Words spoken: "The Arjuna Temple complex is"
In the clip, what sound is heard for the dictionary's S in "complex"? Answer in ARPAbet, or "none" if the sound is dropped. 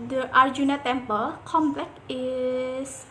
none